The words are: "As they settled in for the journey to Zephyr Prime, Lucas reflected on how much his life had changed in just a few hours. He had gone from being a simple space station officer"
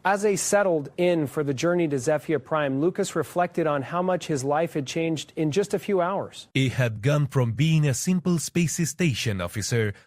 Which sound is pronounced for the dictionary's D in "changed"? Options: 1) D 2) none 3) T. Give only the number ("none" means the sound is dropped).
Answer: 1